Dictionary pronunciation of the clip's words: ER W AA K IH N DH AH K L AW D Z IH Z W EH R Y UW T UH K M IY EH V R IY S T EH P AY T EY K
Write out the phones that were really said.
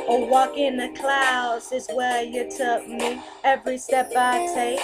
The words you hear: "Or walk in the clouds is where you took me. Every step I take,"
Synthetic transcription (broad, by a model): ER W AA K IH N DH AH K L AW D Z IH Z W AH R Y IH T UH K M IY EH V R IY S T EH P AY T EY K